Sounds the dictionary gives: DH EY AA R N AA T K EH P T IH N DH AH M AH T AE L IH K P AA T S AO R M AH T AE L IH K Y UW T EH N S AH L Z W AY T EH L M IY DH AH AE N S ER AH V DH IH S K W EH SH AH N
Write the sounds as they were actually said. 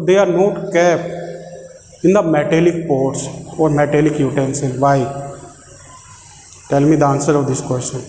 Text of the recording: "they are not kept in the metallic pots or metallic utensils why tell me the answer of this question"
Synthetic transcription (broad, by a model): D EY AA R N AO T K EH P IH N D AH M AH T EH L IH K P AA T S AO R M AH T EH L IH K Y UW T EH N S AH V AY T EH L M IY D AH N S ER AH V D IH S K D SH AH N